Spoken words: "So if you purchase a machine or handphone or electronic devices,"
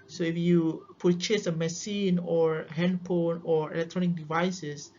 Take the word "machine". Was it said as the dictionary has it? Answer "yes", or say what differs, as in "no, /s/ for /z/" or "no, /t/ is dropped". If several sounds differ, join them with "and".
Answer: no, /s/ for /ʃ/